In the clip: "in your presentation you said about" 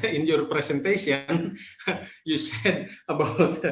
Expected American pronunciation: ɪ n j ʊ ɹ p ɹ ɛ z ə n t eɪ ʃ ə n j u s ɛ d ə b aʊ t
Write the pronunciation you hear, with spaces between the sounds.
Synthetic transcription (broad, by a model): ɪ n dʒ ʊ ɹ p ɹ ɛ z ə n t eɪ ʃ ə n j u s ɛ d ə b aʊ t